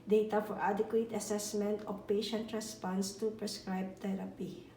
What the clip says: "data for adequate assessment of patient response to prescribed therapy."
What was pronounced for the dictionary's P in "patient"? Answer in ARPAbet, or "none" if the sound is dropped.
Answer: P